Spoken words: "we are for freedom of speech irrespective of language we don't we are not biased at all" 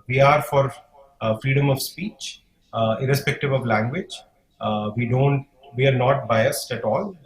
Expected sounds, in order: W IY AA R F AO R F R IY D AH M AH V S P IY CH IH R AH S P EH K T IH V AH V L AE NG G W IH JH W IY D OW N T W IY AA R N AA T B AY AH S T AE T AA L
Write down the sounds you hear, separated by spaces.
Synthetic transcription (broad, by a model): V IY AA R F AO R F R IY D AH M AH V S P IY CH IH R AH S P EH K T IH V AH V L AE NG G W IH JH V IY D OW N T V IY AA R N AA T B AY AH S T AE T AA L